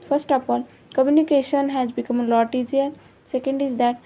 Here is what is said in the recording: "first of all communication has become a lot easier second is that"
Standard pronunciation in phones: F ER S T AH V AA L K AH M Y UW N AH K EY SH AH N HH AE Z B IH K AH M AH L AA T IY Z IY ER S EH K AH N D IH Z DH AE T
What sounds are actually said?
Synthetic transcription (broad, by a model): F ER S T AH P AA L K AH M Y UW N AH K EY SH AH N HH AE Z B IH K AH M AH L AA T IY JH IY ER S EH K AH N D IH Z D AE T